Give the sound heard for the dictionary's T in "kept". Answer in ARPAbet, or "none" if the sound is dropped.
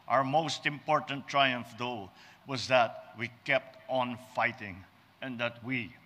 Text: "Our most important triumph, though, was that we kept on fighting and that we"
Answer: T